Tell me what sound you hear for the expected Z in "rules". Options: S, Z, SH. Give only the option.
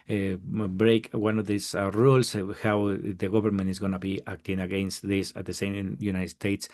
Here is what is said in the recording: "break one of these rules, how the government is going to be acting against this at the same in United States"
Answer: S